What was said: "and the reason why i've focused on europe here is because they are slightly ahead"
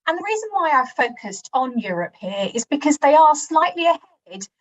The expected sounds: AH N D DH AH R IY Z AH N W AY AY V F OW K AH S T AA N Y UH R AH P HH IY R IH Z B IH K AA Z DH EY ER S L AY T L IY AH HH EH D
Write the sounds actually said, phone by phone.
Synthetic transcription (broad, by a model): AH N DH AH R IY Z AH N W AY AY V F OW K AH S T N Y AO R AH P HH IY R IH Z B IH K AA Z DH EY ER S L AY T L IY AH HH EH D